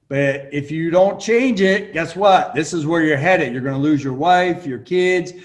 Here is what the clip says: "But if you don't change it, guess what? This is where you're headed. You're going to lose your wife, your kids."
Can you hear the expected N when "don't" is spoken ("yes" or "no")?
yes